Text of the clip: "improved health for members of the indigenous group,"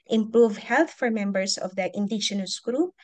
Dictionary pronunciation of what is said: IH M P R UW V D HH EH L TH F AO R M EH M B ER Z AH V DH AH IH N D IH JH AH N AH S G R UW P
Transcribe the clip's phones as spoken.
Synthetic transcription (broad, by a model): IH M P R UW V HH EH L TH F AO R M EH M B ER S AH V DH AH IH N D IH JH AH N AH S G R UW P